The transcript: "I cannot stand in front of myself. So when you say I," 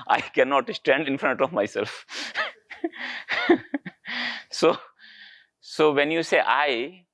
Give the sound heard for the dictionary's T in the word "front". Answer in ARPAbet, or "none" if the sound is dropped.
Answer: T